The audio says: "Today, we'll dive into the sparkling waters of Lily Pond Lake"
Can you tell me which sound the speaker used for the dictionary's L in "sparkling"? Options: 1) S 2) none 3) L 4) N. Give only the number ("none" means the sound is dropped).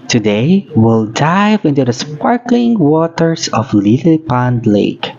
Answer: 3